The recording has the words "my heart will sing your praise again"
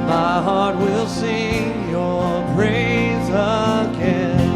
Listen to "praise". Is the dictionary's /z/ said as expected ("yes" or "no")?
yes